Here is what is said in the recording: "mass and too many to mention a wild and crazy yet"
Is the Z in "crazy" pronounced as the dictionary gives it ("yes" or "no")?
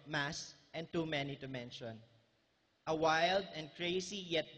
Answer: no